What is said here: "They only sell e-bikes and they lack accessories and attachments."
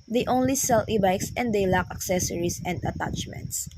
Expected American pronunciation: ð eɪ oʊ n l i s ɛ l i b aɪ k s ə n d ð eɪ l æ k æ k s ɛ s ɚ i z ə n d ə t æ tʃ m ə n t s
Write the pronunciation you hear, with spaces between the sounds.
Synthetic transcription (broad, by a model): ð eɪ oʊ n l i s ɛ l i b aɪ k s ə n d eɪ l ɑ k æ k s ɛ s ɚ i s ə n d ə t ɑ tʃ m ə n t s